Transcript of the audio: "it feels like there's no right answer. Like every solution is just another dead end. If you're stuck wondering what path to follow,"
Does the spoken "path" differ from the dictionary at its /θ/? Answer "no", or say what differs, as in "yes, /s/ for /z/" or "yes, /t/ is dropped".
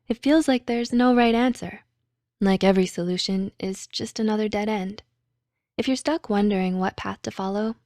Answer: no